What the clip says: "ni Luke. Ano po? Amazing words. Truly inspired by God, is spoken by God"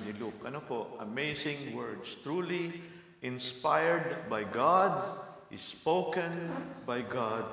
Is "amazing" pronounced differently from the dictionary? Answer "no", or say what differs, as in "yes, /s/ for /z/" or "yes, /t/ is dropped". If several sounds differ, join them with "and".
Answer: yes, /s/ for /z/